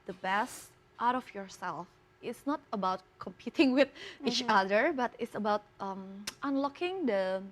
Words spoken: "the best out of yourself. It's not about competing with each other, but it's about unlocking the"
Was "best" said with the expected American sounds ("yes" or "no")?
yes